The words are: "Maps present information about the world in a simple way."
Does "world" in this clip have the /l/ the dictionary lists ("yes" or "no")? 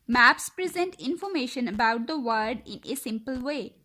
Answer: no